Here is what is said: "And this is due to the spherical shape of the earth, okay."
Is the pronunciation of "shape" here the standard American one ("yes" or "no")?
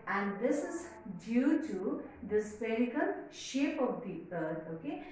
yes